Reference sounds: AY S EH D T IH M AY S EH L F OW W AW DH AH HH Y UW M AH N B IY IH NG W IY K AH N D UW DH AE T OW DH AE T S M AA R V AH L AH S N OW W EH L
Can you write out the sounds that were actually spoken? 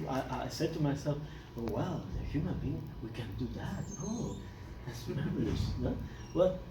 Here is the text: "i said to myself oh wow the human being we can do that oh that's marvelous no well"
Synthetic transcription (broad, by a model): AY S EH D T IH M AY S EH L F OW W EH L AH HH Y UW M AH N B IY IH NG W IY K AH N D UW DH AE T OW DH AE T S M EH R AH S N OW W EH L